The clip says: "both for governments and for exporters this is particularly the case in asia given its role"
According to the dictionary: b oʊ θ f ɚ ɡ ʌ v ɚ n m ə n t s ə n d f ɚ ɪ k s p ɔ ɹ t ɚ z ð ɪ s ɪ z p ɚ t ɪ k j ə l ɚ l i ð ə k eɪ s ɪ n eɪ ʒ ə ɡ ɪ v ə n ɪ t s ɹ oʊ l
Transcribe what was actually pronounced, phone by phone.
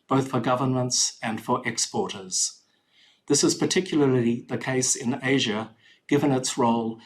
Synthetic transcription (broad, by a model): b oʊ θ f ɚ ɡ ʌ v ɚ n m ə n t s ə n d f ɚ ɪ k s p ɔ ɹ t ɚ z ð ɪ s ɪ z p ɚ t ɪ k j l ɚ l i ð ə k eɪ s ɪ n eɪ ʒ ə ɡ ɪ v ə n ɪ t s ɹ oʊ l